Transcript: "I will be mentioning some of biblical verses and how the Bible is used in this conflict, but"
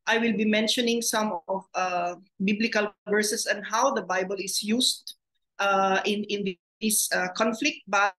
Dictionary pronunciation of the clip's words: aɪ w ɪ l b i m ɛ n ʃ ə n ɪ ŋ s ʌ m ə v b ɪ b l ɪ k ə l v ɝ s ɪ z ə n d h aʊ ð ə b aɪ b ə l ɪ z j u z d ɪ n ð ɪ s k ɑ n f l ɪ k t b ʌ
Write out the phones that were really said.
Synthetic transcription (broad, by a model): aɪ w ɪ l b i m ɛ n ʃ ə n ɪ ŋ s ʌ m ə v b ɪ b l ɪ k ə l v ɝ s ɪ s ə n h aʊ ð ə b aɪ b ə l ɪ s j u s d ɪ n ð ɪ s k ɑ n f l ɪ k t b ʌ